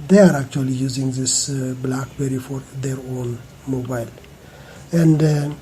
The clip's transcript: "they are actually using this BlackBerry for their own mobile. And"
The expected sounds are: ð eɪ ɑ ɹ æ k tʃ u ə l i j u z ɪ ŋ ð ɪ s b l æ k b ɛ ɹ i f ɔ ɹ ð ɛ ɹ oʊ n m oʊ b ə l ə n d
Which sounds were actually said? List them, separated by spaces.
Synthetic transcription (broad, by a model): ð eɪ ɑ ɹ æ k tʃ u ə l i j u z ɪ ŋ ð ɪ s b l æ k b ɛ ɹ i f ɔ ɹ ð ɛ ɹ oʊ n m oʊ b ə l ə n d